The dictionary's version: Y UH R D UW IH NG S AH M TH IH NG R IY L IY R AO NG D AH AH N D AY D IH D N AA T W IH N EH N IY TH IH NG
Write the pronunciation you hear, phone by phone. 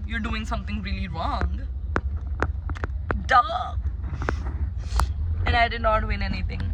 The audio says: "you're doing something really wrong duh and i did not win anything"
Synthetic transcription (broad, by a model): Y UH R D UW IH NG S AH M T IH NG R IY L IY R AO NG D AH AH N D AY D IH D N AA T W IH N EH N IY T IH NG